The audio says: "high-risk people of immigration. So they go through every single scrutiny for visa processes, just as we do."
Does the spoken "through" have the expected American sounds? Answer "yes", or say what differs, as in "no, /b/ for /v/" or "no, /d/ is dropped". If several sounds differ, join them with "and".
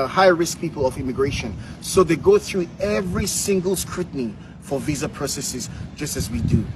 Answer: yes